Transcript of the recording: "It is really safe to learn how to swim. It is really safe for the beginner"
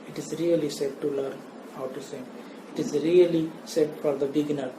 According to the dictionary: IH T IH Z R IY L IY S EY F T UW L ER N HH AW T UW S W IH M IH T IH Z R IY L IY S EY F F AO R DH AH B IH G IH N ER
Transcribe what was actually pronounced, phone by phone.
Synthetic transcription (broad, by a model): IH T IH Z R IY L IY S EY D T UW L ER N HH AW T UW S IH IH T IH Z R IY L IY S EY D F AO R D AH B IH G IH N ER